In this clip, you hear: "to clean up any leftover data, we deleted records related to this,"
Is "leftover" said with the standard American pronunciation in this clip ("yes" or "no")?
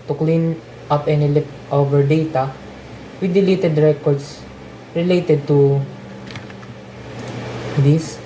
no